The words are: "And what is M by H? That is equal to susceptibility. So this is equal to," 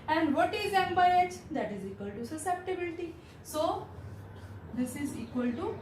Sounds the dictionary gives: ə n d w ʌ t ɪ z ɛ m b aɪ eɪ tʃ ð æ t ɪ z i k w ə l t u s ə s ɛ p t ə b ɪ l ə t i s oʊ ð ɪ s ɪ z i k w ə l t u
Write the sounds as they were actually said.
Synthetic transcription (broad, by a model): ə n d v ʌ t ɪ z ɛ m b aɪ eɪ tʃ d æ t ɪ z i k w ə l t u s ə s ɛ p t ə b ɪ l ə t i s oʊ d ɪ s ɪ z i k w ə l t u